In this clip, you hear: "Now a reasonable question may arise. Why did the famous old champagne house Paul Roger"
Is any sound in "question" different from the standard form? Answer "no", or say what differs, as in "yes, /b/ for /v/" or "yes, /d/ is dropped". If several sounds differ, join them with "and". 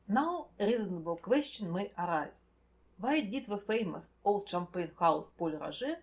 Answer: yes, /ʃ/ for /s/